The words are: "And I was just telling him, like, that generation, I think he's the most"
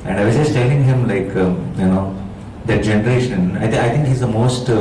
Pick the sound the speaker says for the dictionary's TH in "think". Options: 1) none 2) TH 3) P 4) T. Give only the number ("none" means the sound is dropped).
4